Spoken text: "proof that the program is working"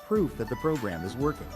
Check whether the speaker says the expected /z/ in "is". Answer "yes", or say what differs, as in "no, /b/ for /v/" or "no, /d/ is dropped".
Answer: yes